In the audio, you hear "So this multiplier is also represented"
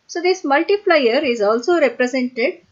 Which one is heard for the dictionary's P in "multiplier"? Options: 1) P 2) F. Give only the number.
2